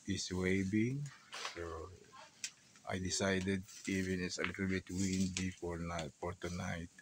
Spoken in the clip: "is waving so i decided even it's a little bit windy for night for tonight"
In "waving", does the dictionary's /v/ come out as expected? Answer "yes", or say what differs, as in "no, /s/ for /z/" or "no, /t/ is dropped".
no, /b/ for /v/